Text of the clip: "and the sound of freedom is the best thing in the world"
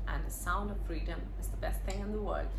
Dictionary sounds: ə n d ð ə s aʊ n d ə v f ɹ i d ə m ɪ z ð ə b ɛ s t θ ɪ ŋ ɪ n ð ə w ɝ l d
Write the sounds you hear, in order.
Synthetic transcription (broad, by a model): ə n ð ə s aʊ n d ə v f ɹ i d ə m ɪ z ð ə b ɛ s t θ ɪ ŋ ɪ n ð ə w ɝ l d